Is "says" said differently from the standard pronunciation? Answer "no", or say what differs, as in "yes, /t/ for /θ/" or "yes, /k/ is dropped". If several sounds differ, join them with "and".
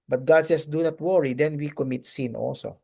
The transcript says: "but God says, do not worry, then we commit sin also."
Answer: yes, /s/ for /z/